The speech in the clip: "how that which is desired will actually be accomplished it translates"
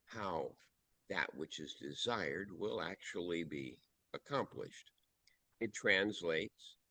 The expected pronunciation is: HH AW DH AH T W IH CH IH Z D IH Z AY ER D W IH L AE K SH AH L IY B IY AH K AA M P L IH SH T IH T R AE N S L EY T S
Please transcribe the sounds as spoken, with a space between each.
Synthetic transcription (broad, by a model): HH AW DH AH T W IH CH IH Z D IH Z AY ER D W IH L AE K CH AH L IY B IY AH K AA M P L IH SH T IH T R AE N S L EY T S